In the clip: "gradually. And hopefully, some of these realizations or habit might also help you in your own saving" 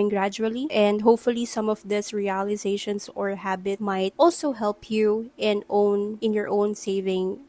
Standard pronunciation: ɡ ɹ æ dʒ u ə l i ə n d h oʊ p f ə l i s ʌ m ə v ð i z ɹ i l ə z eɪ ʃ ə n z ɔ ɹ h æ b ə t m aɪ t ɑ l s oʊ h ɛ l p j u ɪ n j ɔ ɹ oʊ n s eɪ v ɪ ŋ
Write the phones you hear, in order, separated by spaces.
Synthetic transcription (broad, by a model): ɡ ɹ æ dʒ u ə l i ə n d h oʊ p f ə l i s ʌ m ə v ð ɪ s ɹ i l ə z eɪ ʃ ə n s ɔ ɹ h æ b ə t m aɪ t ɑ l s oʊ h ɛ l p j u ɪ n j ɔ ɹ oʊ n s eɪ v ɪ ŋ